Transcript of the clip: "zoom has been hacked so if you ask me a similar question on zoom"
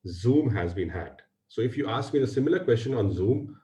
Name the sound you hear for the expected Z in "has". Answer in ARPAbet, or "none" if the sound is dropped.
Z